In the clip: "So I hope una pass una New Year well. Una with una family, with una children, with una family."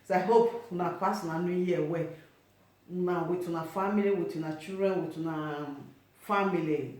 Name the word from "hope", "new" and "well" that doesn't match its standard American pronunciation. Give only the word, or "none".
well